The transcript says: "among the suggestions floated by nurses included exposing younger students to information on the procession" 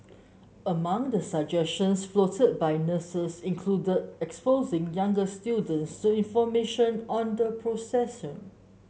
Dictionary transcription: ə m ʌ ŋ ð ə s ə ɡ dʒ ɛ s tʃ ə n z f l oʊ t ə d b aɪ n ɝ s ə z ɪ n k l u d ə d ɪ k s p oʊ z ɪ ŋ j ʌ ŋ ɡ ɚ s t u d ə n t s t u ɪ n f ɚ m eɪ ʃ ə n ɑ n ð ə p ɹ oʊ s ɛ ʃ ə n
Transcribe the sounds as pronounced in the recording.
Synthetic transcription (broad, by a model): ə m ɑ ŋ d ə s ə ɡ dʒ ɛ s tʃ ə n s f l oʊ t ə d b aɪ n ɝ s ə s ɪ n k l u d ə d ɪ k s p oʊ z ɪ ŋ j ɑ ŋ ɡ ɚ s t u d ə n t s t u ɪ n f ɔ m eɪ ʃ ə n ɑ n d ə p ɹ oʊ s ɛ s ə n